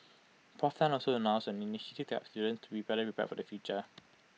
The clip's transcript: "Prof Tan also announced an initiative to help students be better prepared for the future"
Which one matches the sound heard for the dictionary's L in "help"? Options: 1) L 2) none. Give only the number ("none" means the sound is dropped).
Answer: 2